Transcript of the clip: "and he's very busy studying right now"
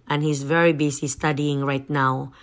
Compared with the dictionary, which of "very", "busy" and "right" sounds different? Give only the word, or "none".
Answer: busy